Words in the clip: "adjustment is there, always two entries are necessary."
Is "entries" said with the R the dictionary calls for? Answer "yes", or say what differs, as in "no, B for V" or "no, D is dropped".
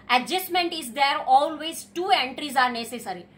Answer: yes